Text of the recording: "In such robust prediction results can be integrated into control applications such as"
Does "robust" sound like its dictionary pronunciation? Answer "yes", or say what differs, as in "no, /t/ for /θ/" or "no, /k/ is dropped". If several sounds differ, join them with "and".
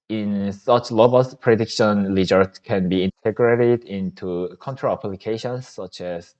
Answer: no, /l/ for /ɹ/